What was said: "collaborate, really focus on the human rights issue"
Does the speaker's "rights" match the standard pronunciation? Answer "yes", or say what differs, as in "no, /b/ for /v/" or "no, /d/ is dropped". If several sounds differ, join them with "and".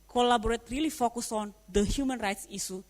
yes